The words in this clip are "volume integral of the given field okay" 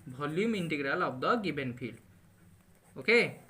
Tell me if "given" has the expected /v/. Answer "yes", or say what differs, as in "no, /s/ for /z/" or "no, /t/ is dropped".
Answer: no, /b/ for /v/